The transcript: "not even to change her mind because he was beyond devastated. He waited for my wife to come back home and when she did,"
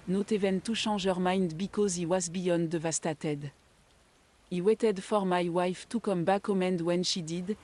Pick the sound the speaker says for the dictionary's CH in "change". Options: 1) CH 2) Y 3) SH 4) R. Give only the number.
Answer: 3